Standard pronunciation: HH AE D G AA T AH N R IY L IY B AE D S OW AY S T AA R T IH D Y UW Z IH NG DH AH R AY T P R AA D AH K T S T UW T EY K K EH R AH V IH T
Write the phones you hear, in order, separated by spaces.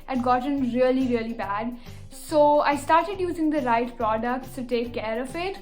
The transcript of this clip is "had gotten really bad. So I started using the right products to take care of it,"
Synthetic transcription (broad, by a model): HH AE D G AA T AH L R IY L IY B AE D S OW AY S T AA R T IH D Y UW Z IH NG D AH R AY T P R AA D AH K T S T UW T EY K K EH R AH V IH T